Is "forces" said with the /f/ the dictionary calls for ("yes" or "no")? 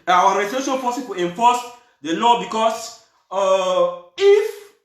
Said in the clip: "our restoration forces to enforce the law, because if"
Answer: no